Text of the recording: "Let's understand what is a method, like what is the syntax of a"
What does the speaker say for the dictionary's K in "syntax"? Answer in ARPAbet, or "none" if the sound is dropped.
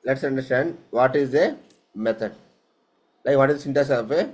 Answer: none